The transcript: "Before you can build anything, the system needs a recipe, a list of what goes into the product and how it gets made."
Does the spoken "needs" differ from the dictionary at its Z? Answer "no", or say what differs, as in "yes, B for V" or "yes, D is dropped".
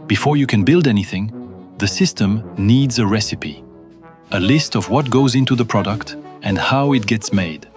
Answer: no